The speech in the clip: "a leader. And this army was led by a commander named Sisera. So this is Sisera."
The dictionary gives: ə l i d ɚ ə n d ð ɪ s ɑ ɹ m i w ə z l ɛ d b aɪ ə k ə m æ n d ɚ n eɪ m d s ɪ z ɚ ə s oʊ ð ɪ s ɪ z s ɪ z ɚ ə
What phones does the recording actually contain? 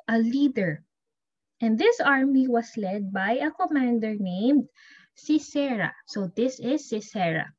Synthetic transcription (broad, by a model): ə l i d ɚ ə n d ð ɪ s ɑ ɹ m i w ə s l ɛ d b aɪ ə k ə m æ n d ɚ n eɪ m d s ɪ s ɚ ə s oʊ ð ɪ s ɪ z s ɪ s ɚ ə